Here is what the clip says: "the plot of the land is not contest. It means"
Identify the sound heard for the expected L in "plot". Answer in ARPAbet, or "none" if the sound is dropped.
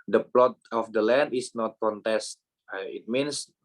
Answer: L